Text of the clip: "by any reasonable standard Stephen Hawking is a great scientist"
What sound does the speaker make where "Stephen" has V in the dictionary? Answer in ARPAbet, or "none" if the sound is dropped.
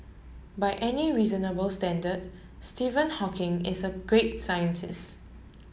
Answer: V